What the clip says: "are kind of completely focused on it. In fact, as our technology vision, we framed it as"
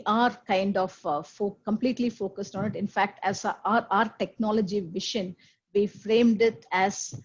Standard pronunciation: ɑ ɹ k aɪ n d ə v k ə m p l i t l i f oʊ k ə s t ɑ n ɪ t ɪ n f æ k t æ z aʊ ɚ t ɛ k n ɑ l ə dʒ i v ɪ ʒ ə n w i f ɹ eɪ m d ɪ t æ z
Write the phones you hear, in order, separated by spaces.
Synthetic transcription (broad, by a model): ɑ ɹ k aɪ n d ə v k ə m p l i t l i f oʊ k ə s t ɑ n ɪ t ɪ n f æ k t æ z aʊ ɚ t ɛ k n ɑ l ə dʒ i v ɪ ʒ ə n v i f ɹ eɪ m d ɪ t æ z